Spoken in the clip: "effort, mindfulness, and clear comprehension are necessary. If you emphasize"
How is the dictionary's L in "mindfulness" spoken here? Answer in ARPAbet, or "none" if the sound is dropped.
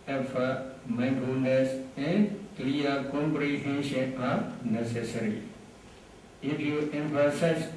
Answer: none